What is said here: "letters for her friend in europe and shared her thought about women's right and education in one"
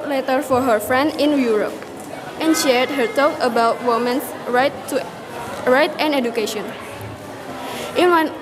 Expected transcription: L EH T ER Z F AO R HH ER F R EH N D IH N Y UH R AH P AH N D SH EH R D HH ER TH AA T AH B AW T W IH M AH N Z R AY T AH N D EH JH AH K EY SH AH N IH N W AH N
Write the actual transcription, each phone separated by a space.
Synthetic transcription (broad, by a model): L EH T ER F AO R HH ER F R EH N D IH N Y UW R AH P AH N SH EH R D HH ER T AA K AH B AW T W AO M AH N S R AY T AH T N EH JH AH K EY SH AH N IH N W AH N